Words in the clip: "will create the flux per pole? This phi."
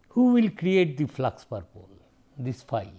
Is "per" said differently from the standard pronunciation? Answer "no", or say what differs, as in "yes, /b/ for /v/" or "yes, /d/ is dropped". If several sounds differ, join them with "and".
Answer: no